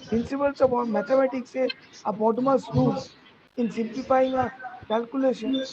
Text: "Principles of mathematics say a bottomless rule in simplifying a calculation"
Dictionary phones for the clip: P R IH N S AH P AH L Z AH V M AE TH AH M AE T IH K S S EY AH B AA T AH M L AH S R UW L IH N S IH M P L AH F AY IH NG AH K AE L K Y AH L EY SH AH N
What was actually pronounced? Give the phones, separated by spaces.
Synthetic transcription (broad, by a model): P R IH N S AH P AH L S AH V M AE T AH M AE T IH K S S EY AH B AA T M AH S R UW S IH N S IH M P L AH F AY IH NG AH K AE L K Y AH L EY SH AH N